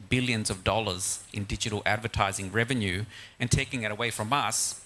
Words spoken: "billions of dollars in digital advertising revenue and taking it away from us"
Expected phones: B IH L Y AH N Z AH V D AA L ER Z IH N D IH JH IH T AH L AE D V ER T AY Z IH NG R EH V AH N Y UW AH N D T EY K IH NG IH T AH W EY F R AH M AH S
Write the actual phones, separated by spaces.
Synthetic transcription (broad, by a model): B IH L Y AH N Z AH V D AA L ER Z IH N D IH JH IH T L AE D V ER T AY Z IH NG R EH V AH N Y UW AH N T EY K IH NG IH T AH W EY F R AH M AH S